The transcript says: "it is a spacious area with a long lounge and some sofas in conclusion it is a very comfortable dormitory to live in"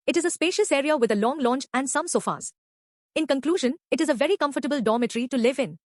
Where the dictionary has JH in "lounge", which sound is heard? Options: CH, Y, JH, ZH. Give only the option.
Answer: CH